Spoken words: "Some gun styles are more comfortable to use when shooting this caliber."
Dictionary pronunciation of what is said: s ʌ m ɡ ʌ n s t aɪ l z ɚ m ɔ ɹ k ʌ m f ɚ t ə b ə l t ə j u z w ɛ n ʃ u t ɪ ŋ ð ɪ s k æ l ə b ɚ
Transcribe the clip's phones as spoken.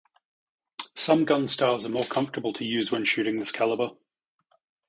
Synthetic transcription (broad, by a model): s ʌ m ɡ ʌ n s t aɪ z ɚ m ɔ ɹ k ʌ m f t ə b ə l t ə j u z w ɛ n ʃ u t ɪ ŋ ð ɪ s k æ l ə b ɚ